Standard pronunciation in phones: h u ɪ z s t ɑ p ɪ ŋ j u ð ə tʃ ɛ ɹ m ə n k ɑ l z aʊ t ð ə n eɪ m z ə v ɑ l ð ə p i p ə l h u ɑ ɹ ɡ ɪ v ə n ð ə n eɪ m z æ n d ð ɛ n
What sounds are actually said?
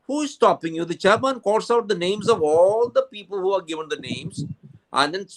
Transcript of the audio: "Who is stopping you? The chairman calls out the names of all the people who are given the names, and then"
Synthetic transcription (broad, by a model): h u ɪ z s t ɑ p ɪ ŋ j u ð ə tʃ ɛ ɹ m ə n k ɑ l s aʊ t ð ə n eɪ m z ə v ɑ l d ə p i p ə l h u ɑ ɹ ɡ ɪ v ə n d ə n eɪ m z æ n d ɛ n